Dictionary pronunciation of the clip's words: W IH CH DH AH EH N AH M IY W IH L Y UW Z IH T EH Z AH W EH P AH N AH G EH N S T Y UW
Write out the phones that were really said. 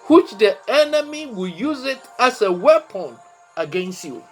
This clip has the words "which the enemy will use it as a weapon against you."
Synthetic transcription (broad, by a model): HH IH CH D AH EH N AH M IY W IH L Y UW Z IH T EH S AH W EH P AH N AH G EH N S T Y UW